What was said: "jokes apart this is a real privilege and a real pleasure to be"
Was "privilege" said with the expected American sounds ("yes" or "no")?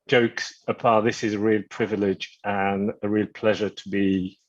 yes